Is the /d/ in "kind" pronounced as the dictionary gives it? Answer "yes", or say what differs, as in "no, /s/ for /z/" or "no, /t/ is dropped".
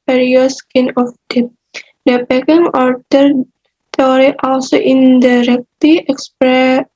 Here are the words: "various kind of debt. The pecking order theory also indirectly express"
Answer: no, /d/ is dropped